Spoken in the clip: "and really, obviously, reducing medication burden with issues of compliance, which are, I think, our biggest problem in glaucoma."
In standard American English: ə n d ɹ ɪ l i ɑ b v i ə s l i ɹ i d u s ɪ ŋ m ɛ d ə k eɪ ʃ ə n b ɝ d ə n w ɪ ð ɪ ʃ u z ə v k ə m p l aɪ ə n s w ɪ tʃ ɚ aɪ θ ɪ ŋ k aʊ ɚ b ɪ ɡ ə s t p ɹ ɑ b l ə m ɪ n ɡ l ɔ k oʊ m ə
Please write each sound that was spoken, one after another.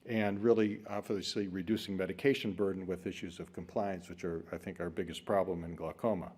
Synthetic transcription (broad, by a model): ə n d ɹ ɪ l i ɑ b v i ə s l i ɹ i d u s ɪ ŋ m ɛ d ə k eɪ ʃ ə n b ɝ d n w ɪ ð ɪ ʃ u z ə v k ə m p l aɪ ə n s w ɪ tʃ ɚ aɪ θ ɪ ŋ k aʊ ɚ b ɪ ɡ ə s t p ɹ ɑ b l ə m ɪ n ɡ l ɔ k oʊ m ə